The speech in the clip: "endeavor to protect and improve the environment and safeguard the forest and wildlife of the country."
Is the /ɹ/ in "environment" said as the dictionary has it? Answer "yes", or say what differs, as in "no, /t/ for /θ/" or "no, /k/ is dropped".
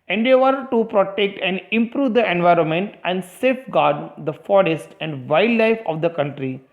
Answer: yes